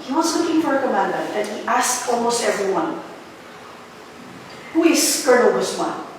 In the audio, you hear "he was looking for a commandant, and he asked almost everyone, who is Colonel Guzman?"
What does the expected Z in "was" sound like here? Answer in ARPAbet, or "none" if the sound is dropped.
S